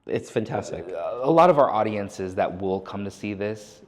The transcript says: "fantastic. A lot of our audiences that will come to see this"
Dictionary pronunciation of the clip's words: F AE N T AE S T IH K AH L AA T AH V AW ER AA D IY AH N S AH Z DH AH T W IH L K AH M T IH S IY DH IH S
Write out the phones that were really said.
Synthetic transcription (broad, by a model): F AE N T AE S T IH K AH L AA T AH V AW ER AA D IY AH N S AH Z DH AH T W IH L K AH M T IH S IY DH IH S